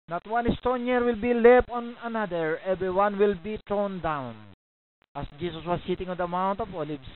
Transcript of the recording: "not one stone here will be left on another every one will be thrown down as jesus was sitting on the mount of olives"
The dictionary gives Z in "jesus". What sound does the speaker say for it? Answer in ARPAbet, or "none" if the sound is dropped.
S